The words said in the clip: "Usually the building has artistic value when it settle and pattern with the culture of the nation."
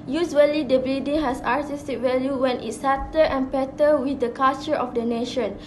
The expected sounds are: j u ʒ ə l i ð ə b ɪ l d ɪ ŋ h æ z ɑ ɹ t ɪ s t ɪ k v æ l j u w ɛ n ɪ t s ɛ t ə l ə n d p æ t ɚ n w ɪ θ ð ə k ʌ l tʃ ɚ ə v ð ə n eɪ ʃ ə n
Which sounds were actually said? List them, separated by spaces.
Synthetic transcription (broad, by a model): j u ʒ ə l i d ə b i d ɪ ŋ h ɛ s ɑ ɹ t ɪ s t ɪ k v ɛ l j u w ɛ n ɪ t s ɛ t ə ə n p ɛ t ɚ w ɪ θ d ə k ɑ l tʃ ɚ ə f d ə n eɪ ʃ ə n